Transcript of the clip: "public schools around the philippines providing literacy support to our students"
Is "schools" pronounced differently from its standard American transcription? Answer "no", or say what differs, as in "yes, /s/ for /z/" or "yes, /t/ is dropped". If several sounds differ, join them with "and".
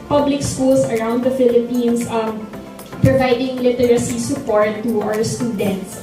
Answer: yes, /s/ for /z/